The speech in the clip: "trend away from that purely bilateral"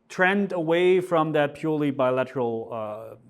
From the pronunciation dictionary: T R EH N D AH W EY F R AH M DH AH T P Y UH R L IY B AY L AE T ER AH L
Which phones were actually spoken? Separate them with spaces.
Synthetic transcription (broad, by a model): T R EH N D AH W EY F R AH M DH AH T P Y UH R L IY B AY L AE T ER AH L